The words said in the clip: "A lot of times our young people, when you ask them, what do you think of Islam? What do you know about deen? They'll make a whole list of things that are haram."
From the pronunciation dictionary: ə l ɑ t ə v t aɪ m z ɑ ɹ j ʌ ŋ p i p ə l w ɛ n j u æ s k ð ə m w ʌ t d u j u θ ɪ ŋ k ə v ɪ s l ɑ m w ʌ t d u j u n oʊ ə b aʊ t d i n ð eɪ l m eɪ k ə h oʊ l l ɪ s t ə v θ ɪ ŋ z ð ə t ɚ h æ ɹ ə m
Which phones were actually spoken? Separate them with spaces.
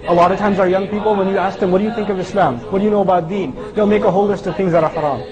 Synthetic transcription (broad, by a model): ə l ɑ t ə v t aɪ m z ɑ ɹ j ʌ ŋ p i p l w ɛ n j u æ s k ð ə m w ʌ t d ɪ j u θ ɪ ŋ k ə v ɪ s l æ m w ʌ t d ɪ j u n oʊ ə b aʊ t d i n ð eɪ l m eɪ k ə h oʊ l l ɪ s t ə v θ ɪ ŋ z ð ə t ɚ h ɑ ɹ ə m